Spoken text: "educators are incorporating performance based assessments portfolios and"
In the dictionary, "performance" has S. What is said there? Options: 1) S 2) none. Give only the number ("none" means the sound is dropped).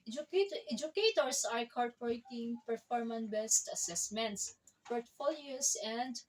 2